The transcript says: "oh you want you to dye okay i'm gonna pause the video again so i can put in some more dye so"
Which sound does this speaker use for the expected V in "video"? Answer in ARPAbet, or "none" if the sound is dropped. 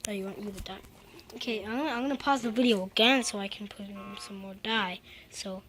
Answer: V